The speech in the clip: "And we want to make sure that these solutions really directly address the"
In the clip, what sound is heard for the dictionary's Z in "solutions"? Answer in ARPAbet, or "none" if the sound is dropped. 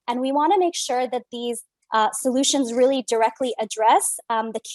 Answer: Z